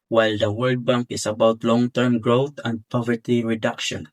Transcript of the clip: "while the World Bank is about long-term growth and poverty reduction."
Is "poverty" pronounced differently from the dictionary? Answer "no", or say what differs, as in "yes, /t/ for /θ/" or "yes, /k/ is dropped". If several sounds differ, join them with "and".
no